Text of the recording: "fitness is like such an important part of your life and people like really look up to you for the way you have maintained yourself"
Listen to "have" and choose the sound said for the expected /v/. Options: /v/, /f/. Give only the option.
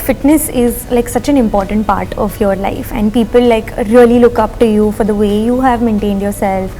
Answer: /v/